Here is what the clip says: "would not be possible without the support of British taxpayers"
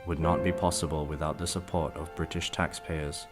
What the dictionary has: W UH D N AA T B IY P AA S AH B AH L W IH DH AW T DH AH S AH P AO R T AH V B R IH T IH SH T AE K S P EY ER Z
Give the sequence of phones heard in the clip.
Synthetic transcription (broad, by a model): W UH D N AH T B IY P AA S AH B AH L W IH DH AW T DH AH S AH P AO R T AH V B R IH T IH SH T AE K S P EY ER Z